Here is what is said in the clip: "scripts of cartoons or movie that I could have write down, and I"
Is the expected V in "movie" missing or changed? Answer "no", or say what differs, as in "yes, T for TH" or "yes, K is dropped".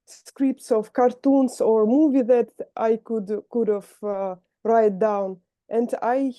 no